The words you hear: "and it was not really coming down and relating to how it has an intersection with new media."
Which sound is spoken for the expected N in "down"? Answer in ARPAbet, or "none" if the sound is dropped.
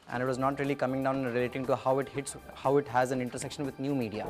none